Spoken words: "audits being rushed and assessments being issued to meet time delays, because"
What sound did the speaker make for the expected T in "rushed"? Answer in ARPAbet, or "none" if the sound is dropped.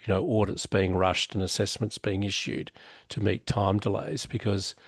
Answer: T